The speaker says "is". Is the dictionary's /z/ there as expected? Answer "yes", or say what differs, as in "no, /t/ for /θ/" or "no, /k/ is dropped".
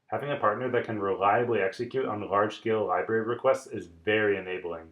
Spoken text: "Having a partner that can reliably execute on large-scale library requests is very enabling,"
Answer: yes